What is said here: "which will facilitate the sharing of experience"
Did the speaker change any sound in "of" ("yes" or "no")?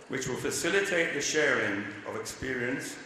no